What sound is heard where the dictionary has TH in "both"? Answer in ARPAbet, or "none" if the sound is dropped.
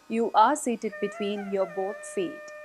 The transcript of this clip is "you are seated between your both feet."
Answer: T